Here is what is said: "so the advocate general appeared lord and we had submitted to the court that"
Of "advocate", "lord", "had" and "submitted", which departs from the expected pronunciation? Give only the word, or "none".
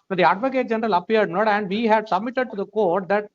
lord